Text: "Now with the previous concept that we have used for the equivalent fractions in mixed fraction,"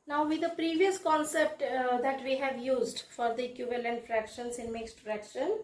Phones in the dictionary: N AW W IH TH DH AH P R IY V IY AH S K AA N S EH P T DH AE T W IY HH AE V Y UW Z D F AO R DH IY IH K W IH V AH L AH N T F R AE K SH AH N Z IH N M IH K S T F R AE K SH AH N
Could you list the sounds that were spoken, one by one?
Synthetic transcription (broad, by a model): N AW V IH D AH P R IY V IY AH S K AA N S EH P T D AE T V IY HH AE V Y UW Z D F AO R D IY K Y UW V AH L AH N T F R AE K SH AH N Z IH N M IH K S T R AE K SH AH N